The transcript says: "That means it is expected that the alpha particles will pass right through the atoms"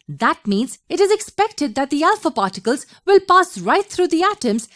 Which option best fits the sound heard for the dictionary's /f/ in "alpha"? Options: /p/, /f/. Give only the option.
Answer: /f/